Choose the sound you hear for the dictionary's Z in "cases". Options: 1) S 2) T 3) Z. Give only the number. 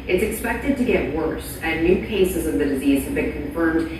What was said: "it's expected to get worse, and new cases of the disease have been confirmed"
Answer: 3